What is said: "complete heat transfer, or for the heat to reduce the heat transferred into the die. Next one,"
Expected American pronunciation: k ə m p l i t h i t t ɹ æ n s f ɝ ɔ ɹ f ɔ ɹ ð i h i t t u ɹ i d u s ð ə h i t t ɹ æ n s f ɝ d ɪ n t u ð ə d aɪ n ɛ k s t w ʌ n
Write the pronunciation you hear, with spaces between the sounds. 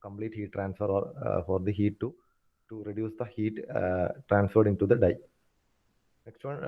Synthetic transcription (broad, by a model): k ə m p l i t h i t t ɹ æ n s f ɝ ɔ ɹ f ɔ ɹ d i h i t t u ɹ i d u s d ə h i t t ɹ æ n s f ɝ d ɪ n t u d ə d aɪ n ɛ k s t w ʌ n